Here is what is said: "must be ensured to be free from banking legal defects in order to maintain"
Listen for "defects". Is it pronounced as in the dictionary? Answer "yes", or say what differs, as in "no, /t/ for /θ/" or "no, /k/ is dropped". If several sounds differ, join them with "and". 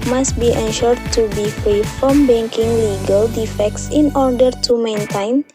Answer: yes